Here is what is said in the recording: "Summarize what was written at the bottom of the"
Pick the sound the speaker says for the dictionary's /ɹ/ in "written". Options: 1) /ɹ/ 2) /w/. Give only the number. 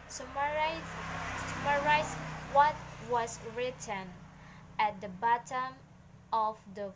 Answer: 1